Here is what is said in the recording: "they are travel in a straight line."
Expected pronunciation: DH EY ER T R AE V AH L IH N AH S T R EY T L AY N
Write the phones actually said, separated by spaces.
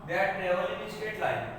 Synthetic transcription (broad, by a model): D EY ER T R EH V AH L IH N AH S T EY T L AY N